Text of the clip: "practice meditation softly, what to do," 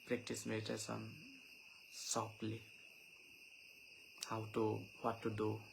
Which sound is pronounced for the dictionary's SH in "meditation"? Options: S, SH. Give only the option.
S